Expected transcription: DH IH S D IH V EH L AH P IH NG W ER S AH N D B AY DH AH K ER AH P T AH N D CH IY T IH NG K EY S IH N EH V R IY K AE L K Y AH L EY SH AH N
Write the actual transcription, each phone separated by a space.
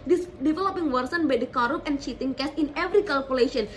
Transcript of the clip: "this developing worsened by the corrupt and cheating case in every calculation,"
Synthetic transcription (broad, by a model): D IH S D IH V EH L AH P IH NG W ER S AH N B AY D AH K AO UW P AH N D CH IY T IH NG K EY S IH N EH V R IY K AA L K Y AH L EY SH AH N